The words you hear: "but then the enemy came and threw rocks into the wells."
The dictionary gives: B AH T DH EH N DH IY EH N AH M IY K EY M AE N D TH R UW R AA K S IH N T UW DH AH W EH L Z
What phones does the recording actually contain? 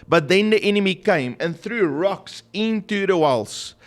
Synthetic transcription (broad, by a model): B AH T DH EH N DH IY EH N AH M IY K EY M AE N TH R UW R AA K S IH N T UW DH AH W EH L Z